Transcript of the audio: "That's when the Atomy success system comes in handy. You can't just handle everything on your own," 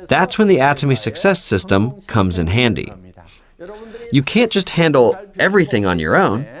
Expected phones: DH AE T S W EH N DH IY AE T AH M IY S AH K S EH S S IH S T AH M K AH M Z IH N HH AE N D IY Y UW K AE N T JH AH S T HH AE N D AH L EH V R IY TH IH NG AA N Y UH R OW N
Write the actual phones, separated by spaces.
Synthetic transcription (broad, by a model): DH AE T S W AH N DH IY AE T AH M IY S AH K S EH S S IH S T AH M K AH M Z IH N HH AE N D IY Y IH K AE N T JH AH S T HH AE N D L EH V R IY TH IH NG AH N Y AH R OW N